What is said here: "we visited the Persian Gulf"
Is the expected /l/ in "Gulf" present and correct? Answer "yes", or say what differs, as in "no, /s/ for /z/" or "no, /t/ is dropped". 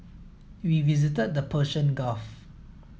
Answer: no, /l/ is dropped